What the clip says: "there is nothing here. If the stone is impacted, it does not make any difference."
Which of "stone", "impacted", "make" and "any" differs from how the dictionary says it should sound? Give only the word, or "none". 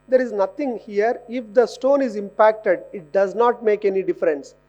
none